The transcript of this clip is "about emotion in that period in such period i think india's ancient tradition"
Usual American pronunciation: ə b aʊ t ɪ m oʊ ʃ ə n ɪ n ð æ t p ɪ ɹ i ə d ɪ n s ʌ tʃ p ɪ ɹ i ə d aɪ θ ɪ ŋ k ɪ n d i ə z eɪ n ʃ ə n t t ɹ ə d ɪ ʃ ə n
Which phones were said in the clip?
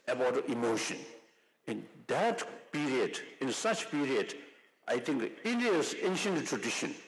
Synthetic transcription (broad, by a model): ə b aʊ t ɪ m oʊ ʃ ə n ɪ n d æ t p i ɹ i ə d ɪ n s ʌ tʃ p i ɹ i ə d aɪ t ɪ ŋ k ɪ n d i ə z eɪ n ʃ ə n t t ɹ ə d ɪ ʃ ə n